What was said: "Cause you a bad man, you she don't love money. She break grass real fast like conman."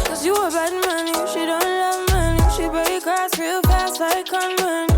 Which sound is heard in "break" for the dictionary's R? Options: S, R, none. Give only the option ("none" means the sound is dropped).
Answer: none